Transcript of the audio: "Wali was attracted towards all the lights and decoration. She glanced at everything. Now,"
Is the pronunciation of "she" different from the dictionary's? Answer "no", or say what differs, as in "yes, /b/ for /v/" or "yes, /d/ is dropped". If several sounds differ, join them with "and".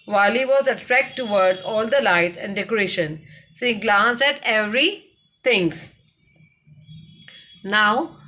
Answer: yes, /s/ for /ʃ/